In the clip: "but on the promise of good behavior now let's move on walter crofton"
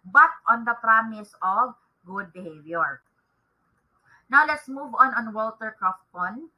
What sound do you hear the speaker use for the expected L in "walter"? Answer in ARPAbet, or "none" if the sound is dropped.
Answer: L